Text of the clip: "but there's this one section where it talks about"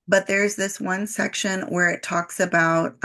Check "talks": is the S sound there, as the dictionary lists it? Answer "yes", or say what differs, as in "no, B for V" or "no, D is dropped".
yes